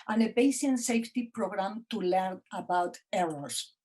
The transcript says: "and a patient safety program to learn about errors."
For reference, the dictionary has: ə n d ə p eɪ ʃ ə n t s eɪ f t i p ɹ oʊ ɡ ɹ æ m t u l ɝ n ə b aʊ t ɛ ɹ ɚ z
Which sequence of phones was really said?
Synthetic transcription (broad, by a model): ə n ə b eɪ s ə n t s eɪ f t i p ɹ oʊ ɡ ɹ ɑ m t u l ɝ n ə b aʊ t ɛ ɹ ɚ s